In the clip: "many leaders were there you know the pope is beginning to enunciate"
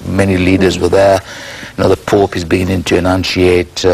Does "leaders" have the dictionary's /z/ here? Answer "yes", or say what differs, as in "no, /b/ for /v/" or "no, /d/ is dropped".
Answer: yes